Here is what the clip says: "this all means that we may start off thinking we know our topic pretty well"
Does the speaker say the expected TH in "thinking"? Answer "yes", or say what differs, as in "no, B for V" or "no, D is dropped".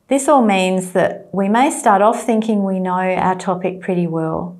yes